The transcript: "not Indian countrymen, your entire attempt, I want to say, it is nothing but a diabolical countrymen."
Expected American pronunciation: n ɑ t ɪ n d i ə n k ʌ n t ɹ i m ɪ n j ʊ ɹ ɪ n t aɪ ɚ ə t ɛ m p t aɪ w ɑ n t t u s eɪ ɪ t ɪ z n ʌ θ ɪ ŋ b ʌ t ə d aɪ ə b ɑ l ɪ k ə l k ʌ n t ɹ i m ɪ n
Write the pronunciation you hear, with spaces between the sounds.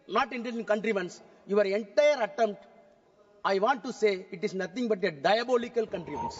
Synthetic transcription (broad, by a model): n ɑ t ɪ n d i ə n k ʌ n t ɹ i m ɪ n j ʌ ɹ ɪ n t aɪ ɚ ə t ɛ m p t aɪ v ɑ n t t u s eɪ ɪ t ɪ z n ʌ t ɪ ŋ b ʌ t ə d aɪ ə b ɑ l ɪ k ə l k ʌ n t ɹ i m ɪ n